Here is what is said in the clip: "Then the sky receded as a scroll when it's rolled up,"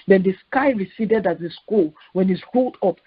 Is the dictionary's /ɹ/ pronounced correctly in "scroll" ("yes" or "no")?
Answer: no